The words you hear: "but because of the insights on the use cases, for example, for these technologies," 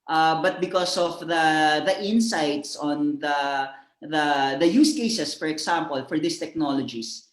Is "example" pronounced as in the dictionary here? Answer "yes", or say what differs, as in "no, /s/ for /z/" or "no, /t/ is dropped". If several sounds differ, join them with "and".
no, /s/ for /z/